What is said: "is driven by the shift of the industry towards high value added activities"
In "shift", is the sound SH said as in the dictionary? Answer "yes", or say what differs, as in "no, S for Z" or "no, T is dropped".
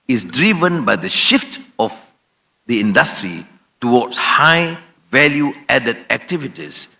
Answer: yes